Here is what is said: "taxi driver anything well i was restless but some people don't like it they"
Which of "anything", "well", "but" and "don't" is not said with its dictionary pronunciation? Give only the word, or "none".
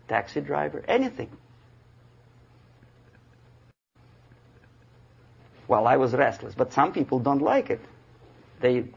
none